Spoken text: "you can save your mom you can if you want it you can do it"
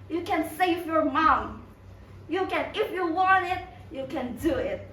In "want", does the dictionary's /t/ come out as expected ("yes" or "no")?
yes